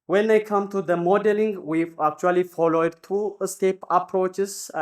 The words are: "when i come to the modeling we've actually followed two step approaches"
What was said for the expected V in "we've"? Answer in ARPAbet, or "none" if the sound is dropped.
none